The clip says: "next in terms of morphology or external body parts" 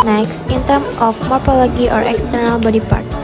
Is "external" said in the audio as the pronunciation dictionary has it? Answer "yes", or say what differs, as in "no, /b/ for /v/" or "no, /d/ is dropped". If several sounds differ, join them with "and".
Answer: yes